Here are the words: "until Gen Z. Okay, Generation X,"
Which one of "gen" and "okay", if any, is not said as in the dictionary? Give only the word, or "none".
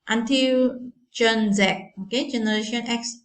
gen